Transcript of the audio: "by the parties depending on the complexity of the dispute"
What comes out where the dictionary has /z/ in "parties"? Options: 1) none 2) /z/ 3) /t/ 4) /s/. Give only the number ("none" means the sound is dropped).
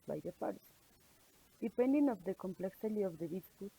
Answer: 4